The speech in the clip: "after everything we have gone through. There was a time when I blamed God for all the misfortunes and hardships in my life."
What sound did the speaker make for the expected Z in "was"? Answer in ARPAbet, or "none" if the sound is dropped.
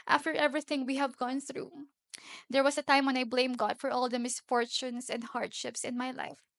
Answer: S